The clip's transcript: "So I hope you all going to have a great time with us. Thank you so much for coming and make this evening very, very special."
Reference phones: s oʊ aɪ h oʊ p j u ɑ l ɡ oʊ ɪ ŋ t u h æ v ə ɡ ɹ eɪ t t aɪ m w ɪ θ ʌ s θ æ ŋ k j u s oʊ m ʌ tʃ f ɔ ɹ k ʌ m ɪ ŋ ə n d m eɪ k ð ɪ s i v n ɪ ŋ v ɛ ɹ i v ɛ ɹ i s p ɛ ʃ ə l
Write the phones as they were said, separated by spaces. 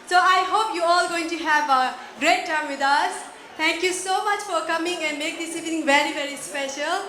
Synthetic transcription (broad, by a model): s oʊ aɪ h oʊ p j u ɑ l ɡ oʊ ɪ ŋ t u h æ v ə ɡ ɹ eɪ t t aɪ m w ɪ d ʌ s t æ ŋ k j u s oʊ m ʌ tʃ f ɔ ɹ k ʌ m ɪ ŋ ə n d m eɪ k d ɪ s i v n ɪ ŋ v ɛ ɹ i v ɛ ɹ i s p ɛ ʃ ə l